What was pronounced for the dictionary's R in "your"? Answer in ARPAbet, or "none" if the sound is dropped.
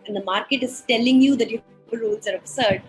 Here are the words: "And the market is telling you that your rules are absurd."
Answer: L